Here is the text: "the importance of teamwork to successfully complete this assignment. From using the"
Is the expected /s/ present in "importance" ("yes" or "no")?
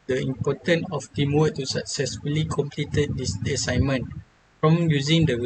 no